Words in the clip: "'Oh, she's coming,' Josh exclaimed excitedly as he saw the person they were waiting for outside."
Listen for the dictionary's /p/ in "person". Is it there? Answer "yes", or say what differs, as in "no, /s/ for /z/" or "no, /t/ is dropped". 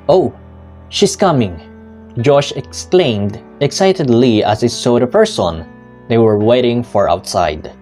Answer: yes